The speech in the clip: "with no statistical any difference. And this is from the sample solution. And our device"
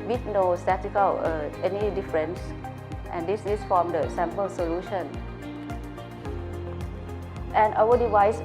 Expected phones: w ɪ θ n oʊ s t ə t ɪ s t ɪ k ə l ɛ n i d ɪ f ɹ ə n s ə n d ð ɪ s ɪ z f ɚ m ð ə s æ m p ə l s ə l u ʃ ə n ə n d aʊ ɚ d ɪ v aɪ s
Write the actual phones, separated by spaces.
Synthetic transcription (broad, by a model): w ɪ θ n oʊ s t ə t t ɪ k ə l ɛ n i d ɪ f ɹ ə n s ə n d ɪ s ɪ s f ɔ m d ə s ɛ m p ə l s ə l u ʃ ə n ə n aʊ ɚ d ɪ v aɪ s